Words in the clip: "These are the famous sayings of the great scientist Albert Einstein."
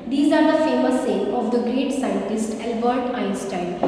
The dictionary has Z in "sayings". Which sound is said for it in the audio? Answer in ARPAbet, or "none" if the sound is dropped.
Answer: none